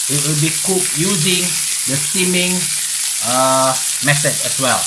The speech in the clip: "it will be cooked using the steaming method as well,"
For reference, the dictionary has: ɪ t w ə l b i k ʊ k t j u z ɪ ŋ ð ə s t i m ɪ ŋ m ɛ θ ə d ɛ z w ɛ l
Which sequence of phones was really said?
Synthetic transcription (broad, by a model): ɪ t w ə l b i k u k j u z ɪ ŋ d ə s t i m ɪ ŋ m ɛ s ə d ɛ s w ɛ l